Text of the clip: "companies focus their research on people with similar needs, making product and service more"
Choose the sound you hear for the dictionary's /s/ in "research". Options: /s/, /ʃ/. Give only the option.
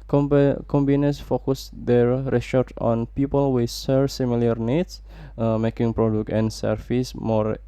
/ʃ/